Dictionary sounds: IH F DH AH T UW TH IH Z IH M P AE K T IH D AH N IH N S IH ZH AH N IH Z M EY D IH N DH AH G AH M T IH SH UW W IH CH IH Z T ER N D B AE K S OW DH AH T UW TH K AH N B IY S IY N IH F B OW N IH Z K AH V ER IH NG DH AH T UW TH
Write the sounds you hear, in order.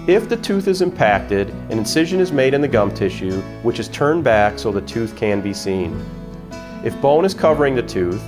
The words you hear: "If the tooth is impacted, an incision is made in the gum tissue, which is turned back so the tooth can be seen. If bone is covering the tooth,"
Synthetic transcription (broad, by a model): IH F DH AH T UW TH IH Z IH M P AE K T IH D AH N IH N S IH ZH AH N IH Z M EY D IH N DH AH G AH M T IH SH UW W IH CH IH Z T ER N B AE K S OW DH AH T UW TH K AH N B IY S IY N IH F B OW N IH Z K AH V ER IH NG DH AH T UW TH